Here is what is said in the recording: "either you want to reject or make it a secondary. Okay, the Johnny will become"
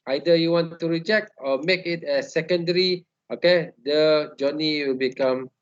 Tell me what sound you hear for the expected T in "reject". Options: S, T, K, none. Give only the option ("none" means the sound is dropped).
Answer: T